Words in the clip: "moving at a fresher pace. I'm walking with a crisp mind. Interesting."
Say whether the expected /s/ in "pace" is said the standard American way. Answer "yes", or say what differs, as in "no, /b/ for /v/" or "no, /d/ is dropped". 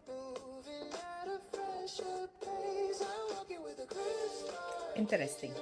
no, /s/ is dropped